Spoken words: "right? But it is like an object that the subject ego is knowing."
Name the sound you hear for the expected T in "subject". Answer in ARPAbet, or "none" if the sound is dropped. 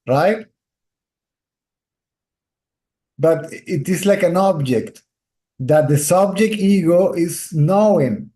T